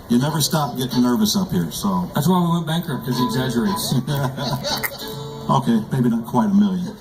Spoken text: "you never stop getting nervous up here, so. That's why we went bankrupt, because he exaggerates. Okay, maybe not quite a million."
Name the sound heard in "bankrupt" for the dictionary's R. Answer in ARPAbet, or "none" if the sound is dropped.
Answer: none